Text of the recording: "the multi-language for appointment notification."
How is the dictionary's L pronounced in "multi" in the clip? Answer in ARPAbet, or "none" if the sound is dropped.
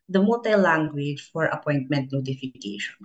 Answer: none